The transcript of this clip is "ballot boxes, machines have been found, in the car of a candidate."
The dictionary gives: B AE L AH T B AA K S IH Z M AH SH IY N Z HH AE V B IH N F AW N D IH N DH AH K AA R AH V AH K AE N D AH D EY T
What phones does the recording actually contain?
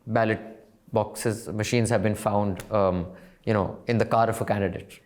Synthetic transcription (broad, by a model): B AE L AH T B AA K S IH Z M AH SH IY N Z HH AE V B IH N F AW N D IH N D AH K AA R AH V AH K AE N D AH D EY T